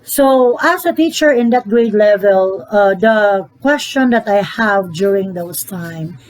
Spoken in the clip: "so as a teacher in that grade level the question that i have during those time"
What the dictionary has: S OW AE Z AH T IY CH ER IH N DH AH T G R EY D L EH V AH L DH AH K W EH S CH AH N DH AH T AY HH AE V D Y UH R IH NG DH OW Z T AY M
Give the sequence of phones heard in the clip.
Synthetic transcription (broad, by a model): S OW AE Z AH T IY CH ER IH N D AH T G R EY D L EH V AH L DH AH K W EH S CH AH N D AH T AY HH AE V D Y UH R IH NG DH OW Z T AY M